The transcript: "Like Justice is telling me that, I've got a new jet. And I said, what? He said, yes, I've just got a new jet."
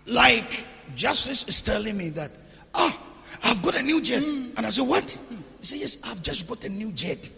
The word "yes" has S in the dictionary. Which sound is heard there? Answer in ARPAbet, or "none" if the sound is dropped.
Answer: S